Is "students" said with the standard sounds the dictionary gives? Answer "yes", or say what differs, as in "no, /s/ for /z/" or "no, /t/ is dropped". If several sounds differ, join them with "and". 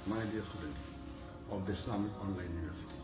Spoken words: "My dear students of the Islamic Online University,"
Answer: yes